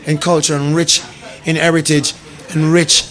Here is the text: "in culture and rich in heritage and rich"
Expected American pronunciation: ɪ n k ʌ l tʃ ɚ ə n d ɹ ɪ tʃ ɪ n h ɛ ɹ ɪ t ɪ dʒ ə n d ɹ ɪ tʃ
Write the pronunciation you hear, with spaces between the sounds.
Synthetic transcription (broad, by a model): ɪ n k ʌ l tʃ ɚ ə n ɹ ɪ tʃ ɪ n h ɛ ɹ ɪ t ɪ dʒ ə n ɹ ɪ tʃ